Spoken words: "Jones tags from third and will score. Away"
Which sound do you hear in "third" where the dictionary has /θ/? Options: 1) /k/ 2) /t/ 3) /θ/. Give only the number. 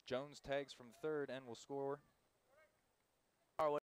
3